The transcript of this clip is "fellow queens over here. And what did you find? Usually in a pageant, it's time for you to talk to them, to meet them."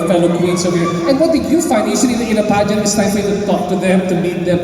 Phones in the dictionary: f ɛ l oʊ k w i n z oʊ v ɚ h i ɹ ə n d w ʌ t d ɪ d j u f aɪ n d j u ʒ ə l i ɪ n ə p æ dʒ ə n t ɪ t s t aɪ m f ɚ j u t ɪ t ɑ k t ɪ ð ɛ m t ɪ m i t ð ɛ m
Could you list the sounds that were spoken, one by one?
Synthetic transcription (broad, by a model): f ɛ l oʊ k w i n s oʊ w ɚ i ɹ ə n w ʌ t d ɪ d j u f aɪ n d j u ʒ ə n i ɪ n ə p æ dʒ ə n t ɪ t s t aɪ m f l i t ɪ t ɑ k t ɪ ð ɛ m t ɪ m i t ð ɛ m